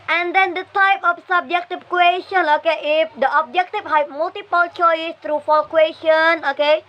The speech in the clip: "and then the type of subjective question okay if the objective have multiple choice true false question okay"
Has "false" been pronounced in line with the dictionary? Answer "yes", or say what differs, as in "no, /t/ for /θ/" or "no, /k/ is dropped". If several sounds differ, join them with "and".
no, /s/ is dropped